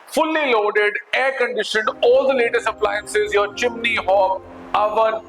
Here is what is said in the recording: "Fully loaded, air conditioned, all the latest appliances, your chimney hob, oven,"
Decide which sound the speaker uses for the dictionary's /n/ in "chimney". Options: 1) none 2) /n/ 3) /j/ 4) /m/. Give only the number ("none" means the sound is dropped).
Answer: 2